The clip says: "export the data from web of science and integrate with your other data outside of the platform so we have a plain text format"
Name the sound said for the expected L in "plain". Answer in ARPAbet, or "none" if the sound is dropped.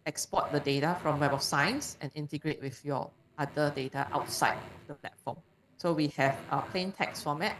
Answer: L